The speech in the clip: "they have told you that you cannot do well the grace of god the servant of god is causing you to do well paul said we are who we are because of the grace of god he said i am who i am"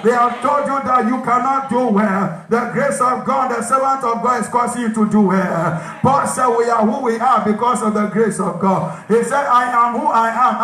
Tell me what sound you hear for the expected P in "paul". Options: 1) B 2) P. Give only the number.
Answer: 1